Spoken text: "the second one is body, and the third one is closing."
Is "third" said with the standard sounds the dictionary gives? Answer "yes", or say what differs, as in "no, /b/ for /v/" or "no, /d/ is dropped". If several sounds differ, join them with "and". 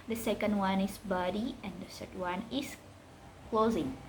no, /s/ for /θ/